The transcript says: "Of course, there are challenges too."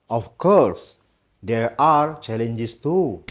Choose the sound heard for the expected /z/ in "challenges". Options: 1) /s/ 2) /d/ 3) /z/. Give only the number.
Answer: 1